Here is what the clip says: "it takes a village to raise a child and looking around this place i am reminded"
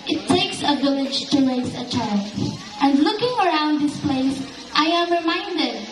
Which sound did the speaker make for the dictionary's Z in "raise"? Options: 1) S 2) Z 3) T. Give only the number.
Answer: 1